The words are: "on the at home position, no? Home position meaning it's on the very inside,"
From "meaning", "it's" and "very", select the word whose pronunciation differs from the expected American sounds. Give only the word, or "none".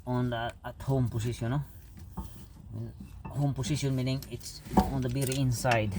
very